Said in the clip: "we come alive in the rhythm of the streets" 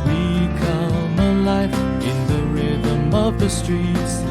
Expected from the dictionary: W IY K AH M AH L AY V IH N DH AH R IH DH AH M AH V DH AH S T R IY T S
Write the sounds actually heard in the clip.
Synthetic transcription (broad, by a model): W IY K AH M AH L AY F IH N DH AH R IH DH AH M AH V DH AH S T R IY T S